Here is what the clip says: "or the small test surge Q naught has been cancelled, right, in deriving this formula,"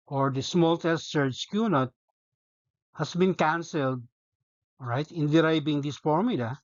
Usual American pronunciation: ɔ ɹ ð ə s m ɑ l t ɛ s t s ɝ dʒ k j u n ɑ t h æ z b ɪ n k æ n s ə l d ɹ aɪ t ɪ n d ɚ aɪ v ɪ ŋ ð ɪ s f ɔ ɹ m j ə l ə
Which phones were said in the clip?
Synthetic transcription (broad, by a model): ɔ ɹ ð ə s m ɑ l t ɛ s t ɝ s k j u n ɑ t h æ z b ɪ n k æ n s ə l d ɹ aɪ t ɪ n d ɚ aɪ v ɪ ŋ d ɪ s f ɔ ɹ m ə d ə